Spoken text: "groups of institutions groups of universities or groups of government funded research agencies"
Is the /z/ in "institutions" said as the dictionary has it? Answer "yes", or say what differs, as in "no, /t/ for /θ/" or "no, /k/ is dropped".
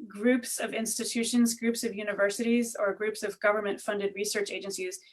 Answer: yes